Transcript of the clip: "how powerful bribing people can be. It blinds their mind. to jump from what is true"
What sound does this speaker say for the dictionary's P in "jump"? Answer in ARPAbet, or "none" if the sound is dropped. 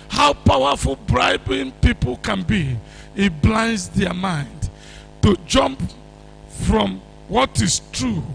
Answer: P